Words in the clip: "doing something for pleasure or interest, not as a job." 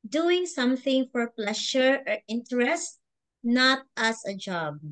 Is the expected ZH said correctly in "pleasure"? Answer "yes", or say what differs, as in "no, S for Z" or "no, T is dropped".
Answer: no, SH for ZH